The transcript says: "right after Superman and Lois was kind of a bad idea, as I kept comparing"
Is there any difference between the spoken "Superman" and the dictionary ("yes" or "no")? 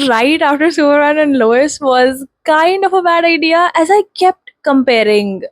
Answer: yes